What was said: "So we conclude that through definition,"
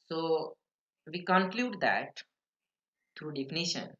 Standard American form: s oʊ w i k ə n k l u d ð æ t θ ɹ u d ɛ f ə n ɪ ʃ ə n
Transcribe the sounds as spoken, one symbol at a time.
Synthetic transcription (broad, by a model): s oʊ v i k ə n k l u d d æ t t ɹ u d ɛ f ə n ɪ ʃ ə n